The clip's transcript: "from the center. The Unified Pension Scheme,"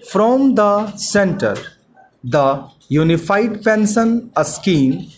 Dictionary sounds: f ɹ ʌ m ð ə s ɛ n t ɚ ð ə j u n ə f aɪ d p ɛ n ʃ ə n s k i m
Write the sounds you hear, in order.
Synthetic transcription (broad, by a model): f ɹ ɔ m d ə s ɛ n t ɚ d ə j u n ə f aɪ d p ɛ n s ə n s k i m